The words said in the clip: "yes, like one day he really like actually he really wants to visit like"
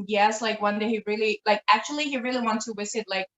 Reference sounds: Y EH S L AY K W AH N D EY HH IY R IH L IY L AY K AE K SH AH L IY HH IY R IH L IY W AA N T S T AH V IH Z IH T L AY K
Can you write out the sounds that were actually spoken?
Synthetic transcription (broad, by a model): Y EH S L AY K W AH N D EY HH IY R IH L IY L AY K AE K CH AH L IY HH IY R IH L IY W AA N T S T AH W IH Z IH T L AY K